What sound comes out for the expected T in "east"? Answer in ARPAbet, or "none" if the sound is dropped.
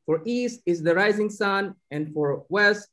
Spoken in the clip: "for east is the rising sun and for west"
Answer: T